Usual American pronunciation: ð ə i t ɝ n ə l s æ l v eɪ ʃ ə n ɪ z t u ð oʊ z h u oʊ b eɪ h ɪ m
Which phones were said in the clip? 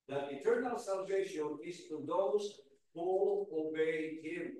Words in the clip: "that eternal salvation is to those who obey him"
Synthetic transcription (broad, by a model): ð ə i t ɝ n ə l s æ l v eɪ ʃ ə n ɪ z t u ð oʊ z h u oʊ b eɪ h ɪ m